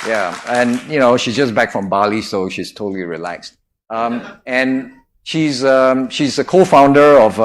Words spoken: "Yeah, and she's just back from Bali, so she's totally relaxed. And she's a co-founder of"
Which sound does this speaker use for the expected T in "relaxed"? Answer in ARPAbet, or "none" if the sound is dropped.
T